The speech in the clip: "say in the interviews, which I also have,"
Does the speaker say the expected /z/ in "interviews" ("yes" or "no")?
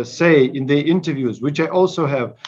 yes